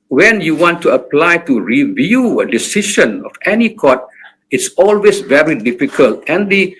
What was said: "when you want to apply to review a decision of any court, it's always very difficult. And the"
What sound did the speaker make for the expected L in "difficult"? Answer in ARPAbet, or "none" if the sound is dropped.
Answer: L